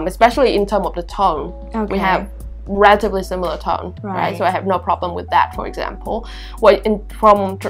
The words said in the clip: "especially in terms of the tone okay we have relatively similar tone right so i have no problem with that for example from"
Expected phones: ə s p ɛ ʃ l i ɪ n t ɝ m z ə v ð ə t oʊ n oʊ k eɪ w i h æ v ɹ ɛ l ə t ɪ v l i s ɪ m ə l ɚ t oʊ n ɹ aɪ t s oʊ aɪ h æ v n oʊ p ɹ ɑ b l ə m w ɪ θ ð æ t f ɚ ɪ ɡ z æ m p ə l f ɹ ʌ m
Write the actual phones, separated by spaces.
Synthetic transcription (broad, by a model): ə s p ɛ ʃ l i ɪ n t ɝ m ə v ð ə t oʊ n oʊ w i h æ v ɹ ɛ l ə t ɪ v l i s ɪ m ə l ɚ t oʊ n ɹ aɪ t s oʊ aɪ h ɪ v n oʊ p ɹ ɑ b l ə m w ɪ ð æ t f ɚ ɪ ɡ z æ m p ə n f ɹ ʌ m